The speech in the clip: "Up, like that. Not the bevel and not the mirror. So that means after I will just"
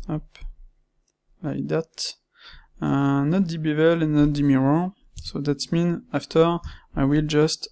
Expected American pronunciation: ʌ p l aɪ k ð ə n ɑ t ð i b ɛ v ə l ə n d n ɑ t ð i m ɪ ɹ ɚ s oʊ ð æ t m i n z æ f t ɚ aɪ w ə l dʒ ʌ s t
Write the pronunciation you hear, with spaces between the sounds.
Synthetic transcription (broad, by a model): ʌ p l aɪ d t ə n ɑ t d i b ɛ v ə l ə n n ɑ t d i m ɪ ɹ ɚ s oʊ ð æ t m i n æ f t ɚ aɪ w ə l dʒ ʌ s t